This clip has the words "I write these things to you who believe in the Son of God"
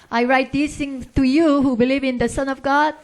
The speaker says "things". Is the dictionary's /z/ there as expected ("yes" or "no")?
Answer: no